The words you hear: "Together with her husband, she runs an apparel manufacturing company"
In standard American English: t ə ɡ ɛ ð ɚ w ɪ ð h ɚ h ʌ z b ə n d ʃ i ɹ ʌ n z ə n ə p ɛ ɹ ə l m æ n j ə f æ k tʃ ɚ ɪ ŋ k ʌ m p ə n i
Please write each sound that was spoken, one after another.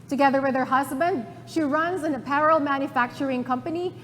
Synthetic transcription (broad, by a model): t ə ɡ ɛ ð ɚ w ɪ ð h ɚ h ʌ z b ə n d ʃ i ɹ ʌ n z ə n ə p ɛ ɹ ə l m æ n j ə f æ k tʃ ɚ ɪ ŋ k ʌ m p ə n i